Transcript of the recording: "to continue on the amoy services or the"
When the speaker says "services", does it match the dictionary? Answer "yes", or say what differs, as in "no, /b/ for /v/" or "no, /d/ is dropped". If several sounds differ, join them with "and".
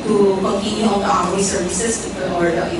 no, /s/ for /z/